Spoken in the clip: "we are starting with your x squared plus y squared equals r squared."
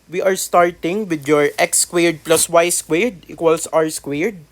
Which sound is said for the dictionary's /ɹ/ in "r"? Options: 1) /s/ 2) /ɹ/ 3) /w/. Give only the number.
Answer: 3